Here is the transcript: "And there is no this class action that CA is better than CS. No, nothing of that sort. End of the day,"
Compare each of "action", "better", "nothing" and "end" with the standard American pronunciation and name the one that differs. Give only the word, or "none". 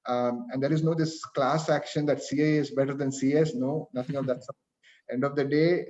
nothing